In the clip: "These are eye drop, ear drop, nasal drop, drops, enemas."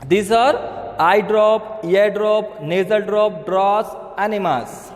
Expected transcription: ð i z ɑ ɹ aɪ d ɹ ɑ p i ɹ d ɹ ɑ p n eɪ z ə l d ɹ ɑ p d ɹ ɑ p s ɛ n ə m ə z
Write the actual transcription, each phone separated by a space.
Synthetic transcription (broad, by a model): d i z ɑ ɹ aɪ d ɹ ɑ p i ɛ d ɹ ɑ p n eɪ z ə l d ɹ ɑ p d ɹ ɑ s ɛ n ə m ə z